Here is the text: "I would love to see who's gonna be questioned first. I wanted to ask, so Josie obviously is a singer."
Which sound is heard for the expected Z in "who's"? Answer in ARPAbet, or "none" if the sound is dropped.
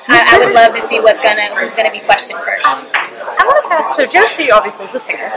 Z